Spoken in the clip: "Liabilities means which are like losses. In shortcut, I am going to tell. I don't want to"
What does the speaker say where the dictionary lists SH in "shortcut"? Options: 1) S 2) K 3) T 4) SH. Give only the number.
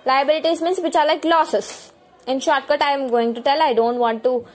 4